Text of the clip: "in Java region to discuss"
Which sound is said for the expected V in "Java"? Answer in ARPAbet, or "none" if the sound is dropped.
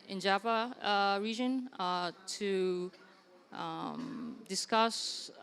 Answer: P